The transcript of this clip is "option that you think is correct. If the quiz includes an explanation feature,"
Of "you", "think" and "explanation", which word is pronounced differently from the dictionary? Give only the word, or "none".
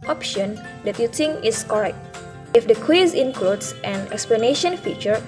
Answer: think